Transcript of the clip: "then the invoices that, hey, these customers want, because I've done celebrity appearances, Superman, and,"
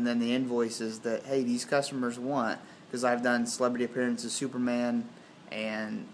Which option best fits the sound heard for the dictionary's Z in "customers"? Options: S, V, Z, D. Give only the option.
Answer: Z